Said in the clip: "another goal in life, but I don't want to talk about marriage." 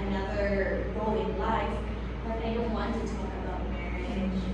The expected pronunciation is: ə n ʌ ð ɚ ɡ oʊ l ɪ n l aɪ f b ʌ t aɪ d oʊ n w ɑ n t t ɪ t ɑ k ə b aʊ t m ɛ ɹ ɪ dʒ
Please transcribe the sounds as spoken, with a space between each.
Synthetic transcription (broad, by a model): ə n ʌ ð ɚ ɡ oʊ l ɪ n l aɪ f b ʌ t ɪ d oʊ n w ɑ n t t ɪ t ɑ k ə b aʊ t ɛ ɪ